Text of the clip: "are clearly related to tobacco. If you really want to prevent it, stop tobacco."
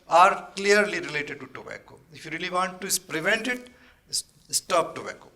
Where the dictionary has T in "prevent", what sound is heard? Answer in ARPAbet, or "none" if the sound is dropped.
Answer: T